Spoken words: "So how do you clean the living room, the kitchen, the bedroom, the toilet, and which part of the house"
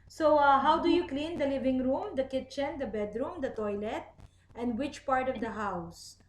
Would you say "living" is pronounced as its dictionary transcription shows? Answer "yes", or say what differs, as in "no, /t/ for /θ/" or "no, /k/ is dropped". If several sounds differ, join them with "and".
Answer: yes